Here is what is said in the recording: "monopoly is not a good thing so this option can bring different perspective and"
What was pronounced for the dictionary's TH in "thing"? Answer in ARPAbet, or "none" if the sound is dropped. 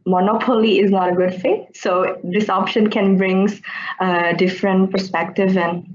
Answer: F